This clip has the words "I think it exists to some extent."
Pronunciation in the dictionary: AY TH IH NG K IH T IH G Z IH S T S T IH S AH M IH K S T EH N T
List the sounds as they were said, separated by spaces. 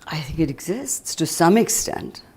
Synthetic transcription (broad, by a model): AY TH IH NG K IH T IH G Z IH S T S T IH S AH M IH K S T EH N T